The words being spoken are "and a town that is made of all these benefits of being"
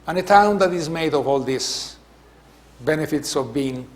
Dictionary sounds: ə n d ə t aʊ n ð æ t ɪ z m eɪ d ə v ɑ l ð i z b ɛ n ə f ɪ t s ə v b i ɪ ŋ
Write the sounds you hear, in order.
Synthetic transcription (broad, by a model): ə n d ə t aʊ n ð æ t ɪ z m eɪ d ə v ɑ l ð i s b ɛ n ə f ɪ t s ə v b i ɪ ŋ